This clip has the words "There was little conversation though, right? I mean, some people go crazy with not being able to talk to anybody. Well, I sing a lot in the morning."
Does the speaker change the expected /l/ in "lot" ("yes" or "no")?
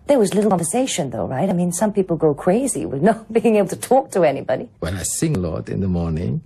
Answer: no